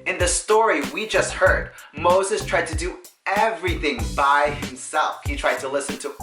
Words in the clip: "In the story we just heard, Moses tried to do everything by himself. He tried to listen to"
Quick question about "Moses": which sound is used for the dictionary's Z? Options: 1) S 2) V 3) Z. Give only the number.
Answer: 3